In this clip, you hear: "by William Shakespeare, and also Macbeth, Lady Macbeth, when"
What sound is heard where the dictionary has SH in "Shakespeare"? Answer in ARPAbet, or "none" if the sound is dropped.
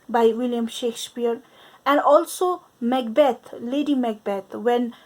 SH